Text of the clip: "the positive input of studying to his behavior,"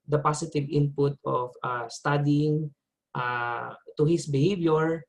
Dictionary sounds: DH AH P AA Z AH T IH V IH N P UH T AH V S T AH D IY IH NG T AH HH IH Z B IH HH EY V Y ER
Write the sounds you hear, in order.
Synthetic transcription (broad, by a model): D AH P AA S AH T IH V IH N P UH T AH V S T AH D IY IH NG T AH HH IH S B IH HH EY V Y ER